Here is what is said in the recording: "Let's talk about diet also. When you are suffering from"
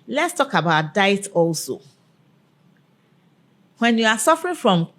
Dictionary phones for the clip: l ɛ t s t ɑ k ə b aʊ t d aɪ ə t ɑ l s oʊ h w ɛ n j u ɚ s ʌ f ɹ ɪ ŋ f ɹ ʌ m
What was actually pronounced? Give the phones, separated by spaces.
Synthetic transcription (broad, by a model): l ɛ t s t ɑ k ə b aʊ t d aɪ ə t ɑ l s oʊ h w ɛ n j u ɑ s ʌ f ɹ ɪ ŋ f ɹ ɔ m